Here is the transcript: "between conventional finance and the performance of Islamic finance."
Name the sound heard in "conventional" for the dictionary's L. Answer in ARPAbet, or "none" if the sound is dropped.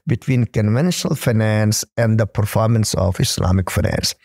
L